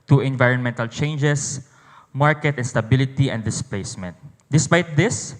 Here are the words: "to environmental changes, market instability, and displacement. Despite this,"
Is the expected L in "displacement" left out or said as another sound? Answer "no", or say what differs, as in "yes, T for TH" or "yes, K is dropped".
no